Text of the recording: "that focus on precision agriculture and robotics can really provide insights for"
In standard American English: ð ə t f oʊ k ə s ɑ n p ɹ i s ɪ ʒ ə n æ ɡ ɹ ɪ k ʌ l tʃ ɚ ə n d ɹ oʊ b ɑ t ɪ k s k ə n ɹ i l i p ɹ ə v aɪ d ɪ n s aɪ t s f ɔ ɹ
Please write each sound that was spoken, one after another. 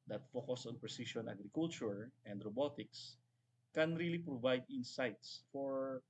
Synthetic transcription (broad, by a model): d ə t f oʊ k ə s ɑ n p ɹ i s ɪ ʃ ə n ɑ ɡ ɹ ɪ k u l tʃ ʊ ə n d ɹ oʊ b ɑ t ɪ k s k ə n ɹ i l i p ɹ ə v aɪ d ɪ n s aɪ t s f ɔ ɹ